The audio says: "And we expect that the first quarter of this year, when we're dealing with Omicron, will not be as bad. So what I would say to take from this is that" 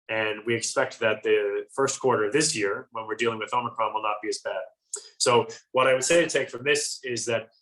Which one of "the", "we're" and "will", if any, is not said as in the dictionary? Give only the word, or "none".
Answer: none